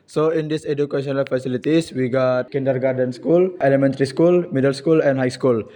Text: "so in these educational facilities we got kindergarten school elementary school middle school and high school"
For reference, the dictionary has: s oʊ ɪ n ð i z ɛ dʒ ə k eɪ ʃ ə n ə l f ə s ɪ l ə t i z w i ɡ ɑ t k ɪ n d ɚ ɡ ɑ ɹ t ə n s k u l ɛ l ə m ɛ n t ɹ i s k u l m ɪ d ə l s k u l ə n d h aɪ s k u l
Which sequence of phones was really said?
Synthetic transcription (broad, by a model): s oʊ ɪ n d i s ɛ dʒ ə k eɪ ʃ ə n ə l f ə s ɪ l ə t i s w i ɡ ɑ t k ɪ n d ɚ ɡ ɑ ɹ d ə n s k u l ɛ l ə m ɛ n t ɹ i s k u l m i d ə l s k u l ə n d h aɪ s k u l